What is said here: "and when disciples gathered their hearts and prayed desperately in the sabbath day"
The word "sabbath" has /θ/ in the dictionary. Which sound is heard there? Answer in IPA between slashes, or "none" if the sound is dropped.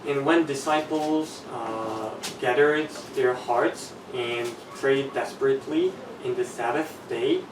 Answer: /θ/